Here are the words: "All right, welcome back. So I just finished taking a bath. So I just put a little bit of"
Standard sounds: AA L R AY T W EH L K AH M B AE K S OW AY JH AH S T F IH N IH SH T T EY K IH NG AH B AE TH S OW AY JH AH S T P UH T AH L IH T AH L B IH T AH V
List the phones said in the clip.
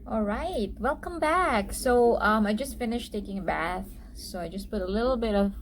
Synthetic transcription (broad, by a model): AA L R AY T W EH L K AH M B AE K S OW AY JH AH S T F IH N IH SH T T EY K IH NG AH B AE TH S OW AY JH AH S P UH T AH L IH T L B IH T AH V